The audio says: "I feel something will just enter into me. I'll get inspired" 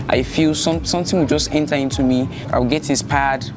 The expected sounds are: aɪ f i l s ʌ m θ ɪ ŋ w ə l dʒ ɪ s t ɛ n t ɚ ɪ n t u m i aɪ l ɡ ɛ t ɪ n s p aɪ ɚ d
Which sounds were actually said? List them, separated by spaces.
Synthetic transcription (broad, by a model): aɪ f i l s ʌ m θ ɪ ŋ w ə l dʒ ɪ s t ɛ n t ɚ ɪ n t u m i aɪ w ɡ ɛ t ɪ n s p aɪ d